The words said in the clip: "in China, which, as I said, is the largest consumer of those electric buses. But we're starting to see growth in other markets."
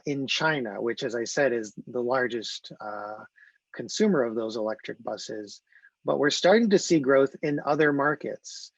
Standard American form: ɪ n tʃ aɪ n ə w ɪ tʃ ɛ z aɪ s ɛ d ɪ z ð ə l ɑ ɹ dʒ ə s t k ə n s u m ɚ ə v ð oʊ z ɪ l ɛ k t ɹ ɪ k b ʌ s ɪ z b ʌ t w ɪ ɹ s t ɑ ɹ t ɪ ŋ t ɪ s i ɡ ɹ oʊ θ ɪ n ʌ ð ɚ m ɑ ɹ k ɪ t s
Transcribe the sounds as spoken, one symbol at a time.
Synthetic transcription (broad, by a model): ɪ n tʃ aɪ n ə w ɪ tʃ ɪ z aɪ s ɛ d ɪ z ð ə l ɑ ɹ dʒ ə s t k ə n s u m ɚ ə v ð oʊ z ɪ l ɛ k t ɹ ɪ k b ʌ s ɪ z b ʌ t w ɪ ɹ s t ɑ ɹ t ɪ ŋ t ɪ s i ɡ ɹ oʊ θ ɪ n ʌ ð ɚ m ɑ ɹ k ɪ t s